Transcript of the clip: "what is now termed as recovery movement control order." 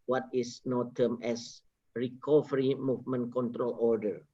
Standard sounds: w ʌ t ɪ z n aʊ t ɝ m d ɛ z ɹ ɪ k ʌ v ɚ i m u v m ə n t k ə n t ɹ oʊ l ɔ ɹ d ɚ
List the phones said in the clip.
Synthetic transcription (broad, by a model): w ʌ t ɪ s n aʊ t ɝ m ɛ s ɹ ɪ k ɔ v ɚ i m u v m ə n k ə n t ɹ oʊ l ɔ ɹ d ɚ